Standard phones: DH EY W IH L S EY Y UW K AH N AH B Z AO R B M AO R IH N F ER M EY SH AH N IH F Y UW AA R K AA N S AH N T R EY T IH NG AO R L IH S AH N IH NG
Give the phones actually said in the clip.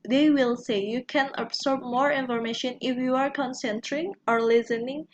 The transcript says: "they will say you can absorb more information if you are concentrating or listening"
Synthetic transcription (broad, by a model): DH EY W IH L S EY Y UW K AH N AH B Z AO R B M AO R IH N F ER M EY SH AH N IH F Y UW AA R K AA N S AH N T AH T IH NG AO R L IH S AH N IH NG